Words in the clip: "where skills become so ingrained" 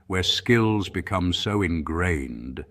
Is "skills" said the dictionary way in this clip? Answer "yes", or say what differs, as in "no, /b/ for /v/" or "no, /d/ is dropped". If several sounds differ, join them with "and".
yes